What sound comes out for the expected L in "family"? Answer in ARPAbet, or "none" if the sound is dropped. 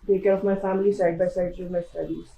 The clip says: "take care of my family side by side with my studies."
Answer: L